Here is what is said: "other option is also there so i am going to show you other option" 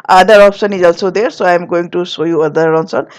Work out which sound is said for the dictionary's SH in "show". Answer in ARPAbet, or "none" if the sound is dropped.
S